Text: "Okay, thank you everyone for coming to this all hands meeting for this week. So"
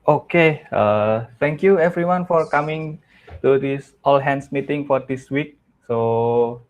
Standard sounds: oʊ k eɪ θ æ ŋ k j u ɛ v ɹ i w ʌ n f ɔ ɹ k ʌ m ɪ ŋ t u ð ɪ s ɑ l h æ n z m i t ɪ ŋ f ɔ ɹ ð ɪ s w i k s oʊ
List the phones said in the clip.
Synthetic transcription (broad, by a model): oʊ k eɪ t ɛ ŋ k j u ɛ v ɹ i w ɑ n f ɔ ɹ k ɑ m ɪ ŋ t u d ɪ s ɑ l h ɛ n s m i t ɪ ŋ f ɔ ɹ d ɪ s w i k s oʊ